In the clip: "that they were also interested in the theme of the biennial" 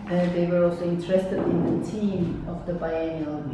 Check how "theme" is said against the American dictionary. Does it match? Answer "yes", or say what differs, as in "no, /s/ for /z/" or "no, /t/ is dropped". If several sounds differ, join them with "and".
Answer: no, /t/ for /θ/